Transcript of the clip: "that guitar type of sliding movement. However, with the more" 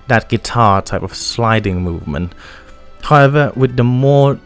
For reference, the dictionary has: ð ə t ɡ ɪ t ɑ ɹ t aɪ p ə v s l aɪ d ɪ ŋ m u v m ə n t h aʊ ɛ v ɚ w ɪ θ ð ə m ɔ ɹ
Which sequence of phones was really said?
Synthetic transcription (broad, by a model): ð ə t ɡ ɪ t ɑ ɹ t aɪ p ə v s l aɪ d ɪ ŋ m u v m ə n t h aʊ ɛ v ɚ w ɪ ð ə m ɔ ɹ